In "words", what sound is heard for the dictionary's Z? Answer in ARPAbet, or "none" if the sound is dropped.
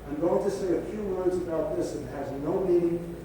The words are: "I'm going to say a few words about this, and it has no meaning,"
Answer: Z